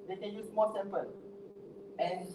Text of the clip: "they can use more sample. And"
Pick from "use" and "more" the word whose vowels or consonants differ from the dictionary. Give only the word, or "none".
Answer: more